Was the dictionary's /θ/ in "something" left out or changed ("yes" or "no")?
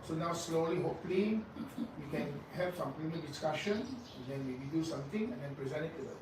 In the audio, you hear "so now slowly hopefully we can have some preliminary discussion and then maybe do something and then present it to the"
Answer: yes